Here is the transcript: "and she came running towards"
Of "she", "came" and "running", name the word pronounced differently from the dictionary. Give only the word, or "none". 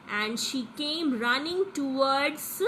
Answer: none